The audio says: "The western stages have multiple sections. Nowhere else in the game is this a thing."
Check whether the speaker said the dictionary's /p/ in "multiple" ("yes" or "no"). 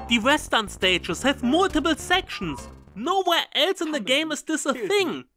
no